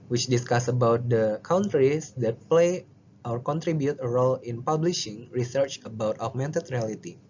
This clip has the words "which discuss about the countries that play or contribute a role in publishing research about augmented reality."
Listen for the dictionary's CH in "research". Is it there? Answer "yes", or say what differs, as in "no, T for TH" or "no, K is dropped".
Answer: yes